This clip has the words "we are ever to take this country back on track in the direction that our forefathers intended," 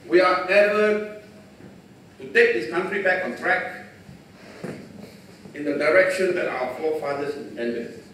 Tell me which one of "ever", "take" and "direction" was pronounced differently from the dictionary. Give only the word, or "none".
ever